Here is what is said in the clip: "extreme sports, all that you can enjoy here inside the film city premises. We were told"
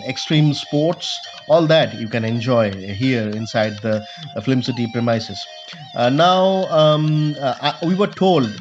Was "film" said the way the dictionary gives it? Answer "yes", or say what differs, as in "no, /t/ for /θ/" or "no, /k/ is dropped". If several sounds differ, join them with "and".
no, /l/ is dropped